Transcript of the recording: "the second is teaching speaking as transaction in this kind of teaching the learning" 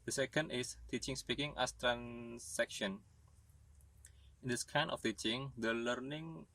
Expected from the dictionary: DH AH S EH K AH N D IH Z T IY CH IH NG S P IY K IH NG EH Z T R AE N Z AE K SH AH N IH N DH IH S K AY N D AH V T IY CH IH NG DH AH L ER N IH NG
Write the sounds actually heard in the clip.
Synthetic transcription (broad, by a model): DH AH S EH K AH N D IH S T IY CH IH NG S P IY K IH NG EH S T R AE N S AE K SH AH N IH N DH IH S K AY N AH F T IY CH IH NG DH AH L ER N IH NG